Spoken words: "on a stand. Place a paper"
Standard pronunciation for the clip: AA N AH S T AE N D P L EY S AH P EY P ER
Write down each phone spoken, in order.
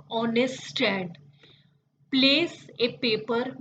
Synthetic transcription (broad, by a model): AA N AH S T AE D P L EY S AH P EY P ER